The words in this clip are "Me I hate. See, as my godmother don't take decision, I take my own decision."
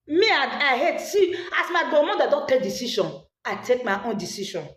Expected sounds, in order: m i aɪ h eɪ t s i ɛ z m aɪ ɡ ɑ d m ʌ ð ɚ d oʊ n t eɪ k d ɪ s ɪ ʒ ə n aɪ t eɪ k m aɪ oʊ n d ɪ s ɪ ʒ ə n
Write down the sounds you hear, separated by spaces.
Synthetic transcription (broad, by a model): m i aɪ h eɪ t s i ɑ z m aɪ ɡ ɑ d m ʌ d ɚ d oʊ n t eɪ k d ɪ s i ʃ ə n aɪ t eɪ k m aɪ oʊ n d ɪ s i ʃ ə n